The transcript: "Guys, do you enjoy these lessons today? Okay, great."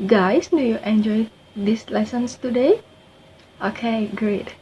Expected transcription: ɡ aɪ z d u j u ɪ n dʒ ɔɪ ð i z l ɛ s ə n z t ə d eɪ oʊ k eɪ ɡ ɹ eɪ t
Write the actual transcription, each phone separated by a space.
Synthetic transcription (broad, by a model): ɡ aɪ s d u j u ɪ n dʒ ɔɪ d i s l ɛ s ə n s t ə d eɪ oʊ k eɪ ɡ ɹ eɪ t